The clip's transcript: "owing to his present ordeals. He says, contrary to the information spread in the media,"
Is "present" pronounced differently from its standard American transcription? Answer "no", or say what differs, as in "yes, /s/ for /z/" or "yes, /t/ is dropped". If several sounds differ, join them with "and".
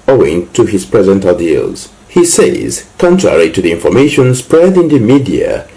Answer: no